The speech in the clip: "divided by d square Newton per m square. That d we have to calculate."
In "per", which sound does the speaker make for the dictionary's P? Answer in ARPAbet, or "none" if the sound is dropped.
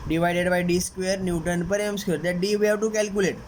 P